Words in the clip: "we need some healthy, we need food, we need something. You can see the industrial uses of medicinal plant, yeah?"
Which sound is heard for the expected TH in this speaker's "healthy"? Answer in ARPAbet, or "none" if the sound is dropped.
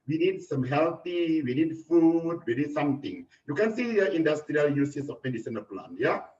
T